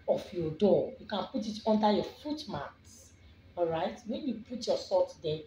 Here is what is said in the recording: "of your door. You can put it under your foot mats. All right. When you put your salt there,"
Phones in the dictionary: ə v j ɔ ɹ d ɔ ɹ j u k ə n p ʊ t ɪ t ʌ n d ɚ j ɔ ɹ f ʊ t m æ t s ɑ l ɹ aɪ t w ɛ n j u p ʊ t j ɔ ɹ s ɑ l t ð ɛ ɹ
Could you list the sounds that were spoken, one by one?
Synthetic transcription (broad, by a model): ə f j ɔ d ɔ j u k ə n p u t ɪ t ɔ n d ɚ j ɔ f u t m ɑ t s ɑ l ɹ aɪ t w ɛ n j u p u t j ɔ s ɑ t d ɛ